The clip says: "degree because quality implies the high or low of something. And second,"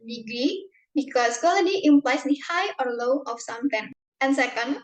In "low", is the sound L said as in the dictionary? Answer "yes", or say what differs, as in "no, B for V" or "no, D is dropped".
yes